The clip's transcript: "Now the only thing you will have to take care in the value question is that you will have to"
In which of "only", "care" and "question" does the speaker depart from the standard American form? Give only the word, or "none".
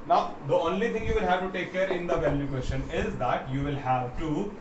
question